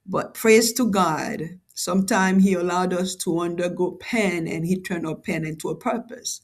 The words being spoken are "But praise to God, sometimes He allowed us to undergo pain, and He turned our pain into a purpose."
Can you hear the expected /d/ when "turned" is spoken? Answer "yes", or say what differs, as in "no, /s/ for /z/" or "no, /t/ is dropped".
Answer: no, /d/ is dropped